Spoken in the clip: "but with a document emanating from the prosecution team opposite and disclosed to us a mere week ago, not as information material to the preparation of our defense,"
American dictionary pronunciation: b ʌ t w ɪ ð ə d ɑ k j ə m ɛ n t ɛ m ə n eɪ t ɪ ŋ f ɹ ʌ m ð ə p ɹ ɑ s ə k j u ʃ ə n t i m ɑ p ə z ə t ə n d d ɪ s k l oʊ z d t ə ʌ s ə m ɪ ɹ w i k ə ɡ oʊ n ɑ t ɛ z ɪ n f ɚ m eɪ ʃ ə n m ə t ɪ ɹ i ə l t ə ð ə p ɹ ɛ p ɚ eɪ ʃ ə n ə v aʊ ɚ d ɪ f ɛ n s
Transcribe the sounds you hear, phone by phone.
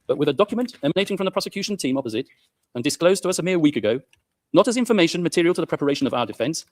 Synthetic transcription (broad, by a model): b ʌ t w ɪ ð ə d ɑ k j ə m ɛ n t ɛ m ə n eɪ t ɪ ŋ f ɹ ʌ m ð ə p ɹ ɑ s ə k j u ʃ ə n t i m ɑ p ə z ə t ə n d d ɪ s k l oʊ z t ə ʌ s ə m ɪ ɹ w i k ə ɡ oʊ n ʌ t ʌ z ɪ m f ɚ m eɪ ʃ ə n m ə t ɪ ɹ i ə l t ə ð ə p ɹ ɛ p ɚ eɪ ʃ ə n ə v aʊ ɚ d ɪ f ɛ n s